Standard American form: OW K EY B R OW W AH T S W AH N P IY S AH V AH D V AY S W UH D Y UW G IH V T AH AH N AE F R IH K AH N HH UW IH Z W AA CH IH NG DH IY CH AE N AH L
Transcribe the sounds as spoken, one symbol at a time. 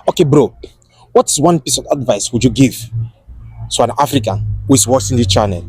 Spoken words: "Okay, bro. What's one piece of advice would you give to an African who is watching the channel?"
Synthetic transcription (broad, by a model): OW K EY B R OW W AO T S W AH N P IY S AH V AH D V AY S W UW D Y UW G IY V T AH AH N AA F R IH K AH N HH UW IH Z W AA S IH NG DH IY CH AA N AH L